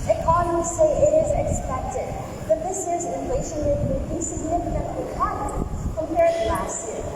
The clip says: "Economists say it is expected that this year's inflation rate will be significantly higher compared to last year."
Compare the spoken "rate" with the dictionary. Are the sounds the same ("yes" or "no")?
no